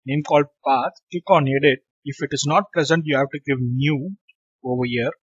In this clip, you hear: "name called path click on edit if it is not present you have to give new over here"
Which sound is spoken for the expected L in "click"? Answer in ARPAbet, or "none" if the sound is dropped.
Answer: none